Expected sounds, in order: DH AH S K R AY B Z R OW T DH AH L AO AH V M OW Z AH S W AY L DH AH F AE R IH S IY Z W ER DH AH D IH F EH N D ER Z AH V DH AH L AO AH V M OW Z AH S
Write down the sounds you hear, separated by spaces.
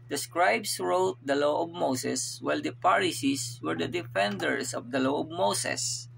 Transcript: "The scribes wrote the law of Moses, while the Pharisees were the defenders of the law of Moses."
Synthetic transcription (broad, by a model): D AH S K R AY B S R OW T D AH L AO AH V M OW S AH S W AY L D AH P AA R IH S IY S W ER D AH D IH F EH N D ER S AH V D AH L AO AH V M OW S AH S